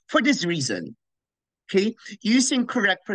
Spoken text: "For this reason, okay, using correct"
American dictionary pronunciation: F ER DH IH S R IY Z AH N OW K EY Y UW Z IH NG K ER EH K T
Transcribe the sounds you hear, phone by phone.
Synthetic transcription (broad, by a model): F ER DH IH S R IY Z AH N OW K EY Y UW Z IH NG K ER EH K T